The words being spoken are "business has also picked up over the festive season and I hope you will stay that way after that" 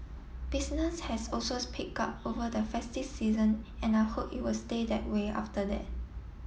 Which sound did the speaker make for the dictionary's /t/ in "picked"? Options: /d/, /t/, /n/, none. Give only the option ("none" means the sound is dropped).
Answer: none